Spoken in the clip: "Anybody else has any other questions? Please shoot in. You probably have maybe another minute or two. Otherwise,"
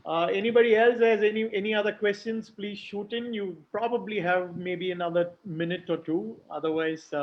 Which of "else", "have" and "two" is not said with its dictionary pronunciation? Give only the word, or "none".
none